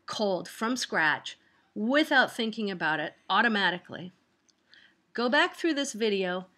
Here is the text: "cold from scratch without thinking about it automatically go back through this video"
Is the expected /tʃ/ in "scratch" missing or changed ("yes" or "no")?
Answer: no